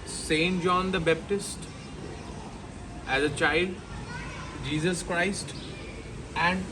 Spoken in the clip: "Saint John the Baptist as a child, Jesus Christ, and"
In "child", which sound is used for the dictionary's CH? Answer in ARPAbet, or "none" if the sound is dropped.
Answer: CH